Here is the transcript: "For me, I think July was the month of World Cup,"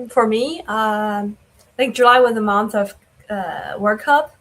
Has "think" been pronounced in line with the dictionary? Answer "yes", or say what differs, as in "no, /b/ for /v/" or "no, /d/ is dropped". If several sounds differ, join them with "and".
no, /ŋ/ is dropped